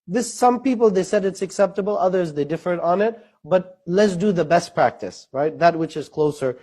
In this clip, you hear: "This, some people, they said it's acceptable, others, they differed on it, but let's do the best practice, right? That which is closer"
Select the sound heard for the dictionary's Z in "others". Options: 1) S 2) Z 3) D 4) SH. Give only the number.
2